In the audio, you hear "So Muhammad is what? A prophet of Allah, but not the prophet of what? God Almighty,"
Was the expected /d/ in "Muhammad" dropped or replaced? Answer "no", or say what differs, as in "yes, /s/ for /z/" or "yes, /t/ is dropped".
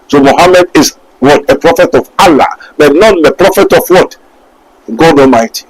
no